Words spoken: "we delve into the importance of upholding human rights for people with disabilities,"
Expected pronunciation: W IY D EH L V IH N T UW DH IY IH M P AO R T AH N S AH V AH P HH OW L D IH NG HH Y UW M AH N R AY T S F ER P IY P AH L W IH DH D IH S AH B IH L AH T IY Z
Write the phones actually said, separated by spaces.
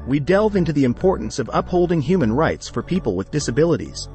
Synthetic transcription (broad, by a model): W IY D EH L V IH N T UW DH IY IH M P AO R T N S AH V AH P HH OW L D IH NG HH Y UW M AH N R AY T S F ER P IY P AH L W IH DH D IH S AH B IH L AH T IY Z